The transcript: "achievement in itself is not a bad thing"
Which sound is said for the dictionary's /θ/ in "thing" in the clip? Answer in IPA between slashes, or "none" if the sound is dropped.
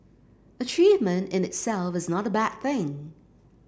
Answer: /θ/